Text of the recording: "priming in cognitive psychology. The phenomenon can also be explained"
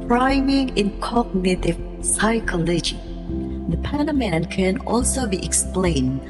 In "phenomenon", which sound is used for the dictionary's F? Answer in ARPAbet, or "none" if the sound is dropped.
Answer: P